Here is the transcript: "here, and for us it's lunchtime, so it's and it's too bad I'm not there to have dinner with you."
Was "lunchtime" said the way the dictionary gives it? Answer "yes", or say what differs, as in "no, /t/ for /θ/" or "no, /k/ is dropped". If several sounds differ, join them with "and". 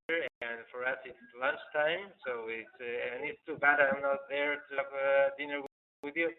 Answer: yes